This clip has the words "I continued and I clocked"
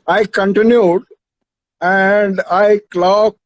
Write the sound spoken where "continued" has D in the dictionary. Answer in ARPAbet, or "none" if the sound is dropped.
D